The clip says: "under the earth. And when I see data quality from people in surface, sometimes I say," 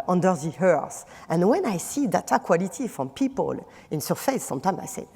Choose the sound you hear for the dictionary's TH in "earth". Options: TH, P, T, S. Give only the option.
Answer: S